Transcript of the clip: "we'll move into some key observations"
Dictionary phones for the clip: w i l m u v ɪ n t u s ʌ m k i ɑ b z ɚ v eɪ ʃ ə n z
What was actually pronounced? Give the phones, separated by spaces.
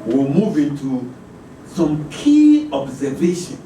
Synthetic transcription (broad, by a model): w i m u v ɪ n t u s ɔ m k i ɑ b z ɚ v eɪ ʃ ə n